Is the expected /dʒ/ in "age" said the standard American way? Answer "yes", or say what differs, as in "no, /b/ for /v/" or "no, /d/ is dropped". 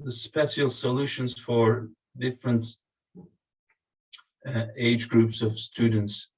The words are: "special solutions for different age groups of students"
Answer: yes